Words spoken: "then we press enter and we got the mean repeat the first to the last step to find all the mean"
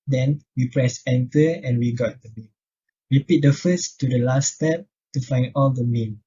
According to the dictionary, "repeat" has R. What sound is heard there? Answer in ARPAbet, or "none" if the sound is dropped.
W